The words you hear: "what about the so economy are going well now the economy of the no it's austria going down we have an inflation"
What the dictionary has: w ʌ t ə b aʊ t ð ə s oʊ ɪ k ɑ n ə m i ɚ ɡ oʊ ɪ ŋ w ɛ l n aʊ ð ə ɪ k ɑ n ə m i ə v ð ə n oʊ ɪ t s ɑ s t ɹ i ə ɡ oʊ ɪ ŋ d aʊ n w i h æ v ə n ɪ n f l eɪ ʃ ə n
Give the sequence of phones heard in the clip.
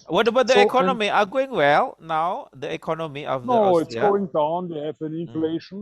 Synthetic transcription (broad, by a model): w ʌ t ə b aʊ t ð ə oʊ ɪ k ɑ n ə m i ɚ ɡ oʊ ɪ ŋ w ɛ l n aʊ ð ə ɪ k ɑ n ə m i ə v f n oʊ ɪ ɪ t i ɡ oʊ ɪ ŋ d aʊ n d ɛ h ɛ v ə n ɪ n f l eɪ ʃ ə n